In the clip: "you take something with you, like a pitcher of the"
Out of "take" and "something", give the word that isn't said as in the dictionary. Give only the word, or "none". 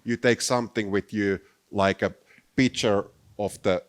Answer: none